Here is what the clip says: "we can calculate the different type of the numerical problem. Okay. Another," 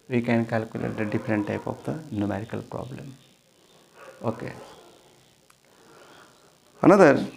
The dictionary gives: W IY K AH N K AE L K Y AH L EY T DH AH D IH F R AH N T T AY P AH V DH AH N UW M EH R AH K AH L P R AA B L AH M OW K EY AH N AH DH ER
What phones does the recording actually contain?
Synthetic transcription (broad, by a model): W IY K AH N K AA L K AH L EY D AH D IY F R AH N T T AY P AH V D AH N UW M EH R AH K AH L P R AA B L AH M OW K EY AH N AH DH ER